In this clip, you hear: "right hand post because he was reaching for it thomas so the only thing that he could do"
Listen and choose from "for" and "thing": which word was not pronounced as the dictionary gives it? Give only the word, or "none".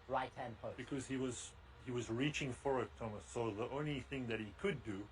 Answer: none